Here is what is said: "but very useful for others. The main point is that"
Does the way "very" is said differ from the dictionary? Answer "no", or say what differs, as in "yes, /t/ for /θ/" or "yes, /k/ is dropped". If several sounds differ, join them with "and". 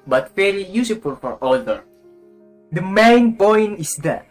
yes, /f/ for /v/